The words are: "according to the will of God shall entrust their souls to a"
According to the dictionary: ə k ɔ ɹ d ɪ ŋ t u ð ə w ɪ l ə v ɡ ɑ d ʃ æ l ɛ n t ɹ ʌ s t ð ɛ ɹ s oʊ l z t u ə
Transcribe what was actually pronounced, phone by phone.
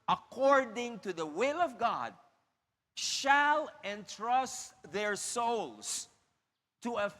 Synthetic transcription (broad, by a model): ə k ɔ ɹ d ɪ ŋ t u ð ə w ɪ l ə v ɡ ɑ d ʃ æ l ɛ n t ɹ ʌ s t ð ɛ ɹ s oʊ l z t u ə